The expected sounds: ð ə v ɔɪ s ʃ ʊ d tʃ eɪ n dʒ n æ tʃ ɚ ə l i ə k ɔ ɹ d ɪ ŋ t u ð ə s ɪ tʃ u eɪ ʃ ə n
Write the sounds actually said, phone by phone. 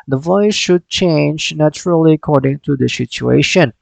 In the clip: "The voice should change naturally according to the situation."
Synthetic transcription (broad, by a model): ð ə v ɔɪ s ʃ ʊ d tʃ eɪ n dʒ n æ tʃ ɚ ə l i ə k ɔ ɹ d ɪ ŋ t u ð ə s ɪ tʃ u eɪ ʃ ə n